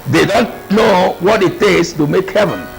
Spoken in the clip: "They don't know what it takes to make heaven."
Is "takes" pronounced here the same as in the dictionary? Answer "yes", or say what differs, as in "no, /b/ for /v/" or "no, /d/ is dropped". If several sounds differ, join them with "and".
no, /k/ is dropped